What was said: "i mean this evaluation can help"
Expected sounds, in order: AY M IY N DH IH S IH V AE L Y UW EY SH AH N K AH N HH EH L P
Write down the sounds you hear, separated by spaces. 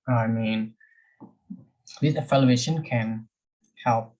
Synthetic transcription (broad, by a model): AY M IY N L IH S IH F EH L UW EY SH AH N K AH N HH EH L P